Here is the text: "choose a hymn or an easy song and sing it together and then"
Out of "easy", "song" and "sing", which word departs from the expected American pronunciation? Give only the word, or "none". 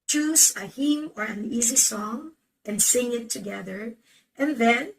none